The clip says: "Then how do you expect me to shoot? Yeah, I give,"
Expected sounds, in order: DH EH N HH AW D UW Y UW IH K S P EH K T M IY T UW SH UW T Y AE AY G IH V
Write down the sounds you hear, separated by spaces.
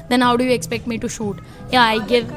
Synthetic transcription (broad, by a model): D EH N HH AW D UW Y UW IH K S P EH K T M IY T UW SH UW T Y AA AY G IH V